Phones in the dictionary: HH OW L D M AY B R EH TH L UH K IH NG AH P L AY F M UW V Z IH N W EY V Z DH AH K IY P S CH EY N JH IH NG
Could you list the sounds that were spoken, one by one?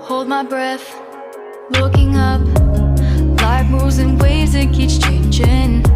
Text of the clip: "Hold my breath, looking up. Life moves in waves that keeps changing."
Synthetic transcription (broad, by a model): HH OW L D M AY B R EH TH L UH K IH NG AH P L AY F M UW Z IH N W EY Z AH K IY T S CH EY N JH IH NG